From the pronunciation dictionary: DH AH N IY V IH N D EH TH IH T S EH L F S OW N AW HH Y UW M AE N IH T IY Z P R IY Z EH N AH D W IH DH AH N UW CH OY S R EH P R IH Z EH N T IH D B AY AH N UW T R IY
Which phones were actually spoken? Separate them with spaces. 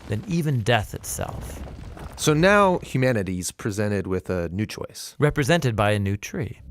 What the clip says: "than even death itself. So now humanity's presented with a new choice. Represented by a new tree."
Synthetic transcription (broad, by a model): DH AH N IY V IH N D EH TH IH T S EH L F S OW N AW HH Y UW M AE N IH T IY Z P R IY Z EH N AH D W IH DH AH N UW CH OY S R EH P R IH Z EH N T IH D B AY AH N UW T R IY